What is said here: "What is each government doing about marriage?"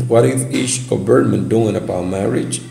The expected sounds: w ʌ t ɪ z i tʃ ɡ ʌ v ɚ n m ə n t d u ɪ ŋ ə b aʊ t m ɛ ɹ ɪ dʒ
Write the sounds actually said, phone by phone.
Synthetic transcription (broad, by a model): w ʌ t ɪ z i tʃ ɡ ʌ b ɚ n m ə n d u ɪ ŋ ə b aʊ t m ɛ ɹ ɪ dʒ